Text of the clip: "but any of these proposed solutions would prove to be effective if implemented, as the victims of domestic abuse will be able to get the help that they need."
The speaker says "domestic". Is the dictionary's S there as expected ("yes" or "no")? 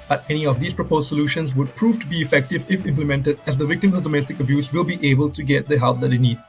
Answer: yes